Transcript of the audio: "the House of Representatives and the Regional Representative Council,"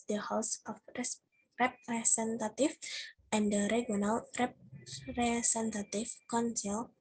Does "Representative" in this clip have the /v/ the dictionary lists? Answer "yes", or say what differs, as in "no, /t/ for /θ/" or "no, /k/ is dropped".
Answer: no, /f/ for /v/